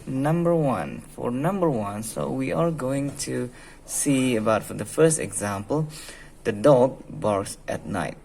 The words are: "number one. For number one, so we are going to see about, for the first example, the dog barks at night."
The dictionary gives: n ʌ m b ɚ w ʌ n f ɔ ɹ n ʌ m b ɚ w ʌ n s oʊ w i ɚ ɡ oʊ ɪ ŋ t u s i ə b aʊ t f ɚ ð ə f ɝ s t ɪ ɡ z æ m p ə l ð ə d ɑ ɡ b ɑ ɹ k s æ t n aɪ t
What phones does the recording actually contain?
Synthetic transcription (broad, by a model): n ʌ m b ɚ w ʌ n f ɔ ɹ n ʌ m b ɚ w ʌ n s oʊ w i ɚ ɡ oʊ ɪ ŋ t u s i ə b aʊ t f ɚ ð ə f ɝ s t ɪ ɡ z æ m p ə l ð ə d ɑ ɡ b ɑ ɹ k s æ t n aɪ t